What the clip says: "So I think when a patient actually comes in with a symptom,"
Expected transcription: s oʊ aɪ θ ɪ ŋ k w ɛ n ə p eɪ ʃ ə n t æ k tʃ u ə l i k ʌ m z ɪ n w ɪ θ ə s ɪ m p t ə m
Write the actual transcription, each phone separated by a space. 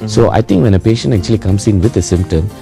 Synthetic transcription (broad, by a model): s oʊ aɪ t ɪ ŋ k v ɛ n ə p eɪ ʃ ə n t æ k tʃ u ə l i k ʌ m s ɪ n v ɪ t ə s ɪ m p t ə m